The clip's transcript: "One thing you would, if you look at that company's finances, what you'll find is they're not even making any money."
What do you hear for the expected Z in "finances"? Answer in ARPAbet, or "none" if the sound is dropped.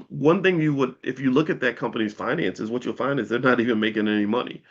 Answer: Z